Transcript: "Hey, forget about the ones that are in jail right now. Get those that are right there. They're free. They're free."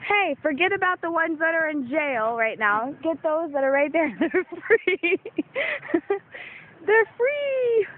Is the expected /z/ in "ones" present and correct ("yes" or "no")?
yes